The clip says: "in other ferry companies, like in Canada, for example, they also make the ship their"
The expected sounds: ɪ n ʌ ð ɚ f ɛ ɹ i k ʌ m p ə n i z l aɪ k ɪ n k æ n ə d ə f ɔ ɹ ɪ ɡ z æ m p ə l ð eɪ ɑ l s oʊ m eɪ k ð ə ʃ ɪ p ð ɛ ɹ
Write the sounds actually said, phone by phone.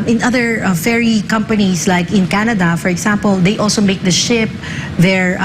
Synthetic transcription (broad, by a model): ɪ n ʌ ð ɚ f ɛ ɹ i k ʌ m p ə n i s l aɪ k ɪ n k æ n ə d ə f ɔ ɹ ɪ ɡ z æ m p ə l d eɪ ɑ l s oʊ m eɪ k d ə ʃ ɪ p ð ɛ ɹ